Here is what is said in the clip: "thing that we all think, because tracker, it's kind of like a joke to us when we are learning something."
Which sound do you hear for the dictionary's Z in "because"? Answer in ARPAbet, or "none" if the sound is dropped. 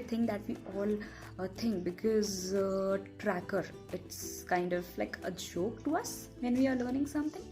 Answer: Z